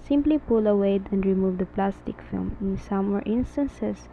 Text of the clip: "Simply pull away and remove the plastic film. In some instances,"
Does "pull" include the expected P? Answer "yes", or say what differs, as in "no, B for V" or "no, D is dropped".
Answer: yes